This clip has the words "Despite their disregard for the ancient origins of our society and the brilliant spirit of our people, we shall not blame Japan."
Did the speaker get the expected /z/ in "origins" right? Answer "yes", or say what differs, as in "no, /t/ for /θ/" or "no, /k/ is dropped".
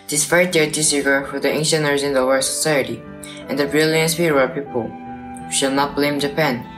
no, /z/ is dropped